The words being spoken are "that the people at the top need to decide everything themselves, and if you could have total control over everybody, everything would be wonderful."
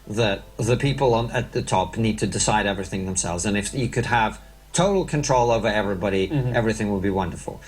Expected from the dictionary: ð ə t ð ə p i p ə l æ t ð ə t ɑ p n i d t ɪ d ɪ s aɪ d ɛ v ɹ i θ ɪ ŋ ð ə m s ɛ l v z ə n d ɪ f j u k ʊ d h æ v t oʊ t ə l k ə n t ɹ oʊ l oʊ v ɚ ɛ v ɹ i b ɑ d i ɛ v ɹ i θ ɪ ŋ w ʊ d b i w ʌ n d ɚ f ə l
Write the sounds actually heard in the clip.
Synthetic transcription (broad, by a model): ð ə t ð ə p i p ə n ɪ t ð ə t ɑ p n i d t ɪ d ɪ s aɪ d ɛ v ɹ i θ ɪ ŋ ð ə m s ɛ l v z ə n ɪ f j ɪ k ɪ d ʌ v t oʊ t l k ə n t ɹ oʊ l oʊ v ɚ ɛ v ɹ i b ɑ d i ɛ v ɹ i θ ɪ ŋ w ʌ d b i w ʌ n d ɚ f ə l